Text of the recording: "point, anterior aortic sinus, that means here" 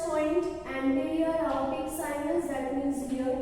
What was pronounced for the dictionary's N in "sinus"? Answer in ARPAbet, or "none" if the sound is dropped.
L